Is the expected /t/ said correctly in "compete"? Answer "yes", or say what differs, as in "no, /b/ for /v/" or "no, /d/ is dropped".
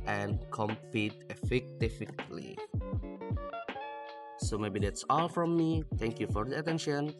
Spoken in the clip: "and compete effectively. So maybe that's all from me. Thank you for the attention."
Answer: yes